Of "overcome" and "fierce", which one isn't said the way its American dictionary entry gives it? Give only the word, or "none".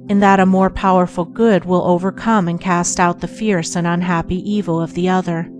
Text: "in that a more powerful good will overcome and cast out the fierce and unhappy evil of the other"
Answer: none